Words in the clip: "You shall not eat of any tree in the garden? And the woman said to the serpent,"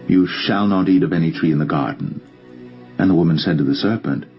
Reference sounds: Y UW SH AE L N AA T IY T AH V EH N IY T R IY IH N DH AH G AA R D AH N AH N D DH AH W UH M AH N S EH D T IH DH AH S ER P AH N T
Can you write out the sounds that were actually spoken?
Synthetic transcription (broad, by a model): Y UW SH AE L N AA T IY T AH V EH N IY T R IY IH N DH AH G AA R D N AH N DH AH W UH M AH N S EH D T IH DH AH S ER P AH N T